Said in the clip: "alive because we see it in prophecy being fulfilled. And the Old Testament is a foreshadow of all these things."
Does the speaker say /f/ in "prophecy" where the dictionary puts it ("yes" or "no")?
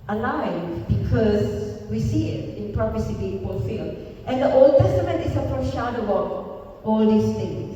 no